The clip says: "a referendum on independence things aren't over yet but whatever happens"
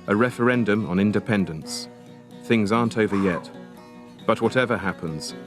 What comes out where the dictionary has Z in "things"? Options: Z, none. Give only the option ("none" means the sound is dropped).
Z